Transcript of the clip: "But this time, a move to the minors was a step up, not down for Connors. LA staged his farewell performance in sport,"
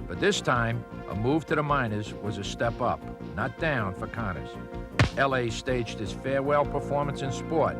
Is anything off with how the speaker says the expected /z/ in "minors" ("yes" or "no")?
no